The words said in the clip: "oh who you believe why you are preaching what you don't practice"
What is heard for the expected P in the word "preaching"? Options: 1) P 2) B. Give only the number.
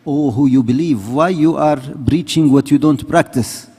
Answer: 2